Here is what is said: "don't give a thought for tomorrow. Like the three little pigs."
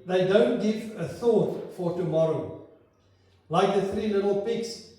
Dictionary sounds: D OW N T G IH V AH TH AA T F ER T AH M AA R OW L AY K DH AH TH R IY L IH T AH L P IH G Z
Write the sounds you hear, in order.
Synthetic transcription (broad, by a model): D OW N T G IH V AH TH AA T F ER T AH M AA R OW L AY K DH AH TH R IY N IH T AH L P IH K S